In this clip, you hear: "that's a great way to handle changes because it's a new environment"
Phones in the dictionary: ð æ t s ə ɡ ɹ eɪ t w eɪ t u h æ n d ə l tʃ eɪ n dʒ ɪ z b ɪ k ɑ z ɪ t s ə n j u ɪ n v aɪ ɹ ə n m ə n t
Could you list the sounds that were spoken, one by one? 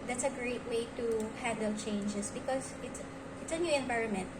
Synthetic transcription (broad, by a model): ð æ t s ə ɡ ɹ eɪ t w eɪ t u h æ d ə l tʃ eɪ n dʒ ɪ s b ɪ k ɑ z ɪ t s ə n j u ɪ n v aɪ ɹ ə n m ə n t